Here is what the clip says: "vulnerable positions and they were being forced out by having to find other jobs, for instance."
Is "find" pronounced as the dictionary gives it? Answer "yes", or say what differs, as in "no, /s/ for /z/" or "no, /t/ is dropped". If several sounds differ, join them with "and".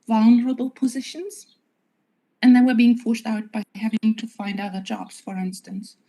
yes